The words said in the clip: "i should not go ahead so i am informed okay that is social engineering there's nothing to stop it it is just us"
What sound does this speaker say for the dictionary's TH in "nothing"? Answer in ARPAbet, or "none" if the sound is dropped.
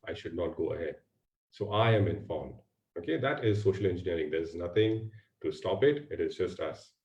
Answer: T